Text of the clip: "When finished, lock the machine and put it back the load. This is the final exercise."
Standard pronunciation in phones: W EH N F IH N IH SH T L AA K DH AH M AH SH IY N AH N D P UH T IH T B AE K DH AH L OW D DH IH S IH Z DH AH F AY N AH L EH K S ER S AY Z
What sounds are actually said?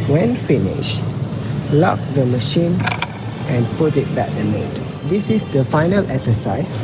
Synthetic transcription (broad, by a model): W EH N F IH N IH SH L AA K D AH M AH SH IY N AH N P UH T IH T B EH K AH N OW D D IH S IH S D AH F AY N AH L EH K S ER S AY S